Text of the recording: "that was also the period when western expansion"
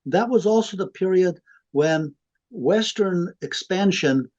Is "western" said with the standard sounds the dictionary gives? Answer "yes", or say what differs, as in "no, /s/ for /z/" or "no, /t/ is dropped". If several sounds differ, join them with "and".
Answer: yes